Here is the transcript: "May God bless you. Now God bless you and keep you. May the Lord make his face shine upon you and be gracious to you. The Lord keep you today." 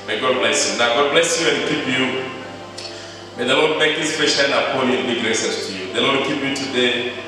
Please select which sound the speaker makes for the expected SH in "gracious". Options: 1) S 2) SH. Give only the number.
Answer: 1